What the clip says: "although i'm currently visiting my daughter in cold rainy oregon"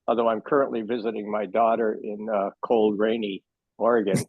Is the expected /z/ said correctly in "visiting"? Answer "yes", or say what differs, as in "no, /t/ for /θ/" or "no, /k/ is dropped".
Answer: yes